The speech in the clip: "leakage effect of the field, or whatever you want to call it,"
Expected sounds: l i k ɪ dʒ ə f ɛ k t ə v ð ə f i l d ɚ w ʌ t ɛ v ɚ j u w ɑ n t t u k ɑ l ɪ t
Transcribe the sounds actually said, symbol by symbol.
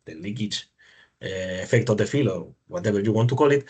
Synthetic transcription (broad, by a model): l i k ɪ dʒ ə f ɛ k t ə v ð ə f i l ɚ w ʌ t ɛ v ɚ j u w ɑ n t t u k ɑ l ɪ t